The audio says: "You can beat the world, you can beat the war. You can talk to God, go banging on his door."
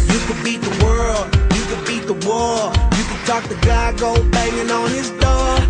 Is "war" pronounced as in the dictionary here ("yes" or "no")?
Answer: no